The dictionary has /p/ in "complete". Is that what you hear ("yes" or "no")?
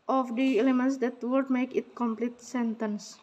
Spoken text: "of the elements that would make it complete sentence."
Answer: yes